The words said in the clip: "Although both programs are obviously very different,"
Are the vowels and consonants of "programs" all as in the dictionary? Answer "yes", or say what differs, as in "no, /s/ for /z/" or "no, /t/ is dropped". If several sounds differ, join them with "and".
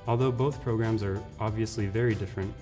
yes